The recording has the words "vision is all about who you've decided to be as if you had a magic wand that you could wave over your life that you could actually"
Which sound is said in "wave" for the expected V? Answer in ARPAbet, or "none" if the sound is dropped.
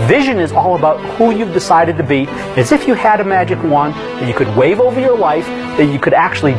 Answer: V